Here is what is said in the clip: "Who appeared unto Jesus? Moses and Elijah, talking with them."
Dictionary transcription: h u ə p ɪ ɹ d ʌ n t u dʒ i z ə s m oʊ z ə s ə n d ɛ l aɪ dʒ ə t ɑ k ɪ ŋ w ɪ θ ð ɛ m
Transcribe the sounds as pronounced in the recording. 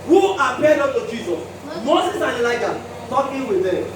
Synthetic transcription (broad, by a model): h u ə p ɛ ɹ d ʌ t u dʒ i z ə s m oʊ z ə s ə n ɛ l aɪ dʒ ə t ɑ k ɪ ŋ w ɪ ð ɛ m